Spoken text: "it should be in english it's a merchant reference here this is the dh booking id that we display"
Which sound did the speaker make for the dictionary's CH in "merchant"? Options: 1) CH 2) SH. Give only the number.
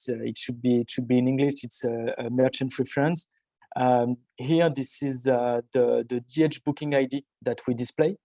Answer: 1